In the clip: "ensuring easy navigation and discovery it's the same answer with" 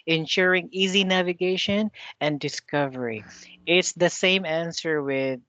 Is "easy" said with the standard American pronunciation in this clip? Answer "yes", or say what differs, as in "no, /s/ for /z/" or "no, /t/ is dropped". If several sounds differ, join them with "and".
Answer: yes